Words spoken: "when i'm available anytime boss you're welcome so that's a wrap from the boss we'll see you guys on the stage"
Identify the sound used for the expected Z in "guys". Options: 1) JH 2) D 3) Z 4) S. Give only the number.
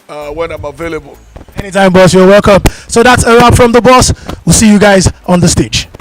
3